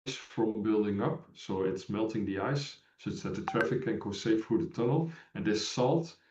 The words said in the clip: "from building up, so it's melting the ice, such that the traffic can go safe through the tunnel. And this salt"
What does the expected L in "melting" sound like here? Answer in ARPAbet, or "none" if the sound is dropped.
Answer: L